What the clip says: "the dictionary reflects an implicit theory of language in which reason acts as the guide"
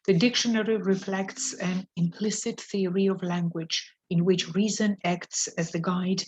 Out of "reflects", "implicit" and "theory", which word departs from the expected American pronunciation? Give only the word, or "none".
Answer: none